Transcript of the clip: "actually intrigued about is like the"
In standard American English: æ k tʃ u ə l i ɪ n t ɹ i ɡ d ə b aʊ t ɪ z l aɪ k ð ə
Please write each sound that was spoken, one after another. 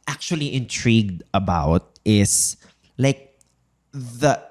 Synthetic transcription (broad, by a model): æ k tʃ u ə l i ɪ n t ɹ i ɡ d ə b aʊ t ɪ s l aɪ k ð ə